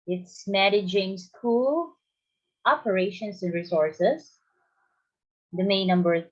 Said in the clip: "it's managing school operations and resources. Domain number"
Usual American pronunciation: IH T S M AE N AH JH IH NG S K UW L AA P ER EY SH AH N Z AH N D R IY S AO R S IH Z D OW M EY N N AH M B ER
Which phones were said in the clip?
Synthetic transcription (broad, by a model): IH T S M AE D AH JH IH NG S K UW L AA P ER EY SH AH N S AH N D R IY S AO R S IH S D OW M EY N N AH M B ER